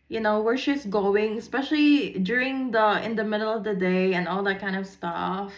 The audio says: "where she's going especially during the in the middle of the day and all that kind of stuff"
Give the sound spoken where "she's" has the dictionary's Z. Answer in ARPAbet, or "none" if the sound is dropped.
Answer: S